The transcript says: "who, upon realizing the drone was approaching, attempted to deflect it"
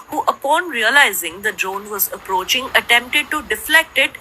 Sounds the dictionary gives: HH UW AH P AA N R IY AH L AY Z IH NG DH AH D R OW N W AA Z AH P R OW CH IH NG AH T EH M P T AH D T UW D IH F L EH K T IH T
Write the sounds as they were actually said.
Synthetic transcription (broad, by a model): HH UW AH P AA N R IY AH L AY Z IH NG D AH D R OW N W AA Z AH P R OW CH IH NG AH T EH M P T AH D T UW D IH F L EH K T IH T